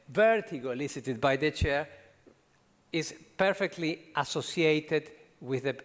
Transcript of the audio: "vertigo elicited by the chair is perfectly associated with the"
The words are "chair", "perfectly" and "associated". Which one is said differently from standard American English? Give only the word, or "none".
none